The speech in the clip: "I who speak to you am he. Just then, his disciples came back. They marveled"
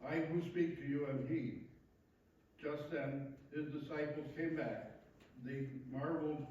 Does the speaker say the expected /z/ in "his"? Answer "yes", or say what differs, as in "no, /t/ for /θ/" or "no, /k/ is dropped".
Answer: yes